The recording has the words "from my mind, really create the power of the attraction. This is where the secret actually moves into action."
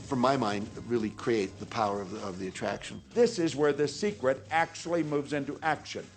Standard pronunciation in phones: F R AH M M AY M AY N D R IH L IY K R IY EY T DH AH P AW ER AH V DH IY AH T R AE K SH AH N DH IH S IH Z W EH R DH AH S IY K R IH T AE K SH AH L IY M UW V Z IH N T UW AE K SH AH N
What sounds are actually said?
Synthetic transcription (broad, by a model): F R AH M M AY M AY N D R IH L IY K R IY EY T DH AH P AW ER AH V DH IY AH T R AE K SH AH N DH IH S IH Z W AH R DH AH S IY K R IH T AE K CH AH L IY M UW V Z IH N T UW AE K SH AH N